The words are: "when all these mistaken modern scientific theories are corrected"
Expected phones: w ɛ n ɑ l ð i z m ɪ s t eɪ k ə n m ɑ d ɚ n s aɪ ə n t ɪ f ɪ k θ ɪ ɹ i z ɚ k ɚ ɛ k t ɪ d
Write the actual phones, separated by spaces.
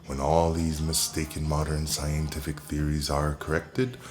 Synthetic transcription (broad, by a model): w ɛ n ɑ l ð i z m ɪ s t eɪ k ə n m ɑ d ɚ n s aɪ ə n t ɪ f ɪ k θ ɪ ɹ i z ɚ k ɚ ɛ k t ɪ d